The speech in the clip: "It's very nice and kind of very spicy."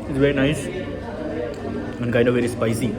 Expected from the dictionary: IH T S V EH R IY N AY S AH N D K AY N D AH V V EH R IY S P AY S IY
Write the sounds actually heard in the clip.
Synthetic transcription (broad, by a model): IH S V EH R IY N AY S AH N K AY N AH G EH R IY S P AY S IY